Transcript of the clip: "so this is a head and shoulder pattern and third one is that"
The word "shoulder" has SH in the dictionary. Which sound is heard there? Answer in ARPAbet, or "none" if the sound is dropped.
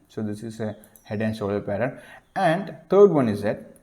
S